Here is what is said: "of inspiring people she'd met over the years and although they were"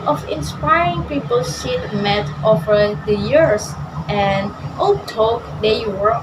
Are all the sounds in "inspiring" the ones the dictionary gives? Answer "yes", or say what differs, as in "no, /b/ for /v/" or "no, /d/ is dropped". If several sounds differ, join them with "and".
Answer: yes